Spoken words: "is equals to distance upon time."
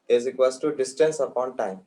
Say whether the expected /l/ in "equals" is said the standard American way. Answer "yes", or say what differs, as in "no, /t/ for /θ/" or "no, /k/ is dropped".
no, /l/ is dropped